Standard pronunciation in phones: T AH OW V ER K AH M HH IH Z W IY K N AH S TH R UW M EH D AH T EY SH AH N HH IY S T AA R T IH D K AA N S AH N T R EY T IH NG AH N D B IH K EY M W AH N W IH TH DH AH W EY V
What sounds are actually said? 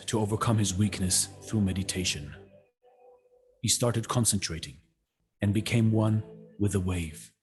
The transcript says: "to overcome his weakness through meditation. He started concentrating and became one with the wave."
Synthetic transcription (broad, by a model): T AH OW V ER K AH M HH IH Z W IY K N AH S TH R UW M EH D AH T EY SH AH N HH IY S T AA R T IH D K AA N S AH N T R EY T IH NG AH N B IH K EY M W AH N W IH DH AH W EY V